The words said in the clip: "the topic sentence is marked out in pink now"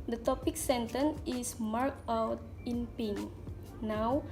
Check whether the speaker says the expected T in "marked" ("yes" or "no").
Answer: no